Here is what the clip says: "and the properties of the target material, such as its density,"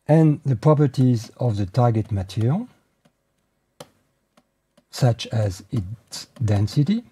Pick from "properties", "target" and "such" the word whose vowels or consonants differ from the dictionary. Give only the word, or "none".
none